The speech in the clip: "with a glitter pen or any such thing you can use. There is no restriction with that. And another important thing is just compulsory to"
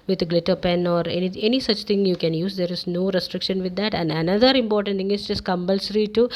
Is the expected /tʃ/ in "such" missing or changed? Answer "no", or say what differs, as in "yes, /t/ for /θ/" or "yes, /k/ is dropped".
no